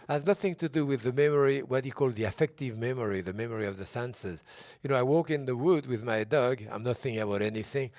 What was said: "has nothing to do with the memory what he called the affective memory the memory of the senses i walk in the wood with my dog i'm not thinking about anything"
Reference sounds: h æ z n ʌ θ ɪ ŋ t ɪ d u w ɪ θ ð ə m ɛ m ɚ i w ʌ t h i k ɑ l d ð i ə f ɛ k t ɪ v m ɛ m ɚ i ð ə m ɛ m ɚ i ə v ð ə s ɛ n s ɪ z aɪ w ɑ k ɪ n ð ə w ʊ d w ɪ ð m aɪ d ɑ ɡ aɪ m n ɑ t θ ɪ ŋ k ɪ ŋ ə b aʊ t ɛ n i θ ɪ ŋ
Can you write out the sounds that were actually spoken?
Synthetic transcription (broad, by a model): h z n ʌ θ ɪ ŋ t ɪ d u w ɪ ð ə m ɛ m ɚ i w ʌ t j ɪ k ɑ l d ð i ə f ɛ k t ɪ v m ɛ m ɚ i ð ə m ɛ m ɚ i ə v ð ə s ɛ n s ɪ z aɪ w ɑ k ɪ n ð ə w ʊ d w ɪ ð m aɪ d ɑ ɡ aɪ m n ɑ t θ ɪ ŋ k ɪ ŋ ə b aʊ t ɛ n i θ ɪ ŋ